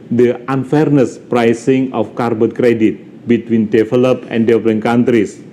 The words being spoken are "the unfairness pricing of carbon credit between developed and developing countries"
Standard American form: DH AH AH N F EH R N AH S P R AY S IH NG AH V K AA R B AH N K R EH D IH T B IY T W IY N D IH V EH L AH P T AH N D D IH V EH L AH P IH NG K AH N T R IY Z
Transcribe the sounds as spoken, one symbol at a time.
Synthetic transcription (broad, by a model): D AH AH N F EH R N AH S P R AY S IH NG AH F K AA R B AH N K R EH D IH T B IY T W IY N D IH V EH L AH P AH N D D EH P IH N K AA N T R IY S